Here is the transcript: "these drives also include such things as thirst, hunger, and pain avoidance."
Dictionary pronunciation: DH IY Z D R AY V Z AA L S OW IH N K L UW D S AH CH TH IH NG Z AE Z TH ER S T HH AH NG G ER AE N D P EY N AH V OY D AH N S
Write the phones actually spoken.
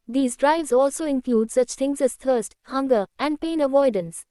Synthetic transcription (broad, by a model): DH IY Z D R AY V Z AA L S OW IH N K L UW D S AH CH T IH NG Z AE Z T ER S T HH AH NG G ER AE N D P EY N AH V OY D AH N S